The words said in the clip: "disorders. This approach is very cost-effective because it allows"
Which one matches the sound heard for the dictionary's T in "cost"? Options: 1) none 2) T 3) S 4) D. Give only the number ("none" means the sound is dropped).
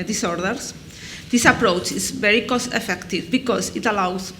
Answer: 1